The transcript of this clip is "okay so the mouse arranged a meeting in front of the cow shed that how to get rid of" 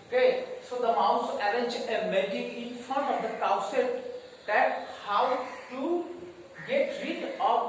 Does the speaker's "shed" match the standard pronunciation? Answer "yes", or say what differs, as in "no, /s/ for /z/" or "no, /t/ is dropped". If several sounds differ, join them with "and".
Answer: no, /s/ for /ʃ/